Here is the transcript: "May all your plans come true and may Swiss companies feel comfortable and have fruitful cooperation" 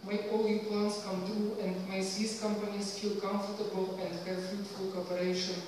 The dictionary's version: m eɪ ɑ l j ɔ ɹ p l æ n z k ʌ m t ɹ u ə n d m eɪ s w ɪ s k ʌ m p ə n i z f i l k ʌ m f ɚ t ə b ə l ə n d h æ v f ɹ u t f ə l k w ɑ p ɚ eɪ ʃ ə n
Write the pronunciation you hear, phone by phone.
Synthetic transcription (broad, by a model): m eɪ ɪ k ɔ l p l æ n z k ʌ m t ɹ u ə n d m eɪ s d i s k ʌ m p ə n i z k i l k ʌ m f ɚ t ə b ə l ə n d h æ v f ɹ u t f ə l k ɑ p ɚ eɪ ʃ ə n